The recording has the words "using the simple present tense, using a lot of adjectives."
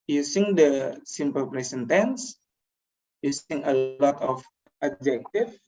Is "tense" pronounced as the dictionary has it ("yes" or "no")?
yes